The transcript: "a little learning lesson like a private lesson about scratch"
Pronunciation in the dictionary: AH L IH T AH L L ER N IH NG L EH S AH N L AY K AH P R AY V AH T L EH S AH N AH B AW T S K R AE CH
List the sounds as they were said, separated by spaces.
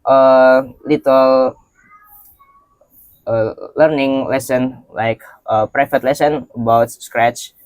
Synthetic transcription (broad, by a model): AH L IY T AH L L ER N IH NG L EH S AH N L AY K AH P R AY F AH T L EH S AH N AH B AW T S K R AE CH